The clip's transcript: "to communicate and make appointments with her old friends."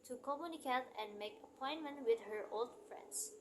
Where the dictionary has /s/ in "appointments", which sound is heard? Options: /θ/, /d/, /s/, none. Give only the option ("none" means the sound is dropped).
none